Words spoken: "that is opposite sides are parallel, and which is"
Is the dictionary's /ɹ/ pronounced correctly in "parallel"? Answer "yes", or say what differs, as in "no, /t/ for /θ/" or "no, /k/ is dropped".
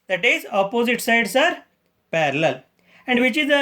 yes